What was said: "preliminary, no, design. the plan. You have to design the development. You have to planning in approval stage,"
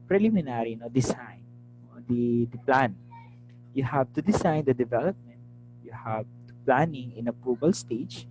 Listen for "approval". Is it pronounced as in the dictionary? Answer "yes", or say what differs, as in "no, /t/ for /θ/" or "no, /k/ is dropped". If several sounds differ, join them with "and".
no, /ɹ/ is dropped and /b/ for /v/